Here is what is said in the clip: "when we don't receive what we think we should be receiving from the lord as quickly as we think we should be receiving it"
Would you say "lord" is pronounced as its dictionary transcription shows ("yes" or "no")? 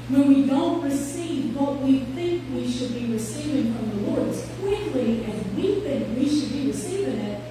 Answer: yes